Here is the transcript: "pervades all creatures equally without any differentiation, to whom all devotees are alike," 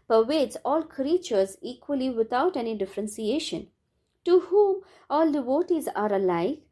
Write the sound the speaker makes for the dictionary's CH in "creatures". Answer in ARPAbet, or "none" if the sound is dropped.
CH